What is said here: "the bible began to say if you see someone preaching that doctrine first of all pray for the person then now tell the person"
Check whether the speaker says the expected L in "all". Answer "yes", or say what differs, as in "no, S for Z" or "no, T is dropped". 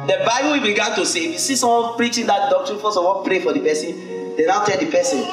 no, N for L